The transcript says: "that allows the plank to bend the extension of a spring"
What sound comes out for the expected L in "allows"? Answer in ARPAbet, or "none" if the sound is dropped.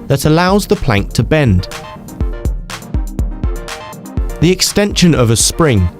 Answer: L